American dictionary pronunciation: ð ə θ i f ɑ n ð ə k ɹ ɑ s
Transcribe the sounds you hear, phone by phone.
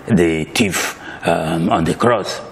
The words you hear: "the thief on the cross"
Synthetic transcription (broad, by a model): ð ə t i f ɑ n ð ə k ɹ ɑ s